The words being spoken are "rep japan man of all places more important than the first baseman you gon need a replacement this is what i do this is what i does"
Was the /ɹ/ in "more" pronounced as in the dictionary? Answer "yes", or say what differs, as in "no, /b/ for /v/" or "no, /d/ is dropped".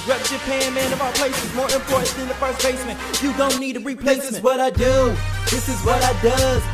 yes